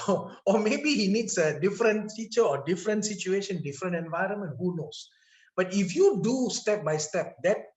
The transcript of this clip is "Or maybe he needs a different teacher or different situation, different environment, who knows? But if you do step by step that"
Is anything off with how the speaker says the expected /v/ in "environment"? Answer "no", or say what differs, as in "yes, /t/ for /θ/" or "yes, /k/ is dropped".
no